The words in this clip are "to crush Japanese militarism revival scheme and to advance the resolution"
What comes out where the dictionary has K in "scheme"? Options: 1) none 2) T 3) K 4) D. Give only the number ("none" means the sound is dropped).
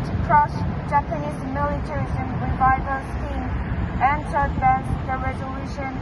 1